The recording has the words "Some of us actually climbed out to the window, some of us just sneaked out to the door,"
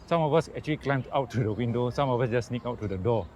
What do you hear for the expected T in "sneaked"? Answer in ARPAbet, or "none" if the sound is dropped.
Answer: none